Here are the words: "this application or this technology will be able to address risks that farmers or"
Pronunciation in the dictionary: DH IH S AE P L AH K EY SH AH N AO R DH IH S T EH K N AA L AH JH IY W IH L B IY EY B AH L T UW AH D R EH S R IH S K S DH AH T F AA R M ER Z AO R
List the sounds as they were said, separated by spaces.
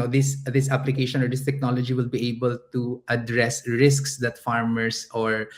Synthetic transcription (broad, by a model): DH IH S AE P L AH K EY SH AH N AO R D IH S T EH K N AA L AH JH IY W IH L B IY EY B AH L T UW AH D R EH S R IH S K S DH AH T F AA R M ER S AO R